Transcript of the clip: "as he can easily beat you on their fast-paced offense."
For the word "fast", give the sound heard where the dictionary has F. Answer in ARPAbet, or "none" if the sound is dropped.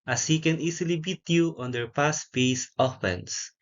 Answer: P